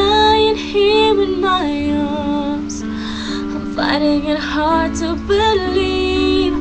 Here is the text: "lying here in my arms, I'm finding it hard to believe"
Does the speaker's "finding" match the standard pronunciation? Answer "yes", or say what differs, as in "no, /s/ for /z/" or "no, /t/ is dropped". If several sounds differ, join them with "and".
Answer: no, /n/ is dropped